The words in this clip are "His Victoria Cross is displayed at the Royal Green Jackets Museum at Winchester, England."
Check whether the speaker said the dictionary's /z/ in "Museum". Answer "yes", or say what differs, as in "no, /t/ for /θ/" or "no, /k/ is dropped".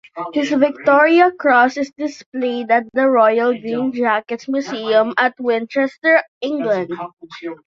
no, /s/ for /z/